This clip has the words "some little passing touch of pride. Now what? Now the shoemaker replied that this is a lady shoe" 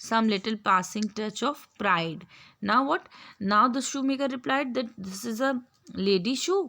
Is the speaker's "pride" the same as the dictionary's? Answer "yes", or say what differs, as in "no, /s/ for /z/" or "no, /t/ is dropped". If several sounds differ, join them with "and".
yes